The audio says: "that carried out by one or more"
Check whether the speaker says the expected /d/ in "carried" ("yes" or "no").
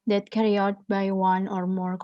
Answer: no